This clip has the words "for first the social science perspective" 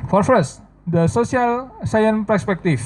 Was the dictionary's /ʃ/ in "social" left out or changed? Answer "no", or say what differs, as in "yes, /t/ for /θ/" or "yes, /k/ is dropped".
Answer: yes, /s/ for /ʃ/